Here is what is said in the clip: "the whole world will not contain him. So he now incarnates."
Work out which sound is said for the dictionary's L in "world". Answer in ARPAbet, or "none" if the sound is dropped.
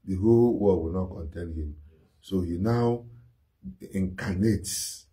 none